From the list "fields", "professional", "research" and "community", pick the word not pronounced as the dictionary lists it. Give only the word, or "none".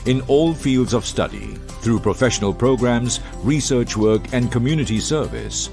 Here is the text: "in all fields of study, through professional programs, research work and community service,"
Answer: none